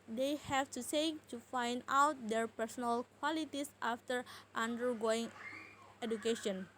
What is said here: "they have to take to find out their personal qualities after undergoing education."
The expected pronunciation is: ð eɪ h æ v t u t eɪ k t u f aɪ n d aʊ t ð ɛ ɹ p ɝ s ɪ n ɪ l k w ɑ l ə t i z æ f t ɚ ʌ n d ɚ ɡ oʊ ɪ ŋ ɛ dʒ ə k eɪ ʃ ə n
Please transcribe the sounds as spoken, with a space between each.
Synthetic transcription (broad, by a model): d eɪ h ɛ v t u s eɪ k t u f aɪ n d aʊ t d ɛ ɹ p ɝ s ɪ n ɪ l k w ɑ l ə t i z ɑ f t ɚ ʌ n d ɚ ɡ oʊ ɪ ŋ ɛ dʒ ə k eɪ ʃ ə n